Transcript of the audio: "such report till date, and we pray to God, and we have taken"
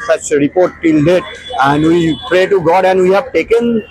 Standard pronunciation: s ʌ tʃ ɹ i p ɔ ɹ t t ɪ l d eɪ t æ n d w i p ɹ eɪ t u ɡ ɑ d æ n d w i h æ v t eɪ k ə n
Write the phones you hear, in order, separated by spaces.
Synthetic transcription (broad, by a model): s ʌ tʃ ɹ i p ɔ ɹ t t ɪ l d eɪ t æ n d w i p ɹ eɪ t u ɡ ɑ d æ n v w i h æ v t eɪ k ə n